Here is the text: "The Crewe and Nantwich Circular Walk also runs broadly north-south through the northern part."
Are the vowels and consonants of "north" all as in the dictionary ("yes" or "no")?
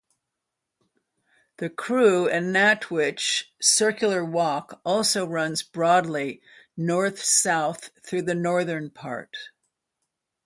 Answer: yes